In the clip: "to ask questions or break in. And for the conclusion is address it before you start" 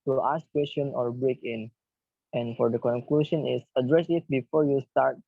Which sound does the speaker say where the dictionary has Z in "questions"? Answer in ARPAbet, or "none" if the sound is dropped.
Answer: none